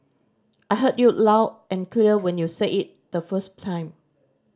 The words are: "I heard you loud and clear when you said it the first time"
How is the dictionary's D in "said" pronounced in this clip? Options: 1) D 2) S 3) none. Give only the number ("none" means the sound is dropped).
3